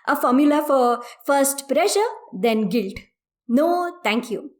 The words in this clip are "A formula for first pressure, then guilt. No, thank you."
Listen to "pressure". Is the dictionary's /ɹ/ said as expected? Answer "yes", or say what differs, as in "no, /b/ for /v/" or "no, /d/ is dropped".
yes